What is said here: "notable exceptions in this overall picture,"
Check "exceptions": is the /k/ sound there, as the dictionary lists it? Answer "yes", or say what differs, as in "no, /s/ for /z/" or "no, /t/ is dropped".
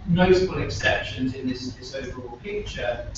yes